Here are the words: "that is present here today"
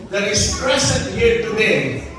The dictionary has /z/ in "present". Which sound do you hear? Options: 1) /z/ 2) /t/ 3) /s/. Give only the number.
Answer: 3